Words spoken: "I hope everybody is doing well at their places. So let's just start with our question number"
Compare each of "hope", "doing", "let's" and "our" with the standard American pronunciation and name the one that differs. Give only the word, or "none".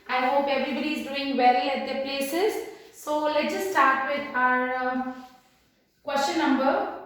let's